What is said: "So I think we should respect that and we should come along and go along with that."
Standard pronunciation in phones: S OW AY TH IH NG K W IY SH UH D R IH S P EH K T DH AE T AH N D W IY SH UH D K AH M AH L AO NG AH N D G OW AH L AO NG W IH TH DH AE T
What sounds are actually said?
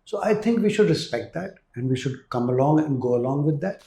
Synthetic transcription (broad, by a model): S OW AY T IH NG K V IY SH UH D R IH S P EH K T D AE T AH N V IY SH UH D K AH M AH L AO NG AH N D G OW AH L AO NG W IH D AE T